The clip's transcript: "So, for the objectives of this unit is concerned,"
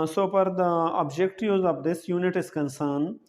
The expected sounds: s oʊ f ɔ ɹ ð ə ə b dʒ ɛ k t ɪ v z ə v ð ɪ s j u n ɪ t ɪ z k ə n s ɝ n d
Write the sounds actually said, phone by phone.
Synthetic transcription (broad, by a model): s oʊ p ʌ ɹ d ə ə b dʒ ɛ k t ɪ z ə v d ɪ s j u n ɪ t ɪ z k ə n s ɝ n